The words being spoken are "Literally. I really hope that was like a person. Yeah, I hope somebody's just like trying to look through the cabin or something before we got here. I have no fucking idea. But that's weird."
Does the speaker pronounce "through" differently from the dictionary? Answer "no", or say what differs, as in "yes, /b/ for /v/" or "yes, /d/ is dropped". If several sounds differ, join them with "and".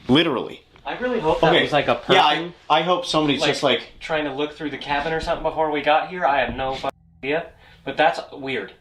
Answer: no